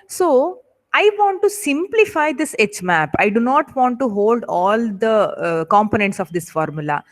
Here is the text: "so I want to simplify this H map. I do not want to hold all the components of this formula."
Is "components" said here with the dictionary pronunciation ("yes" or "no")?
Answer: yes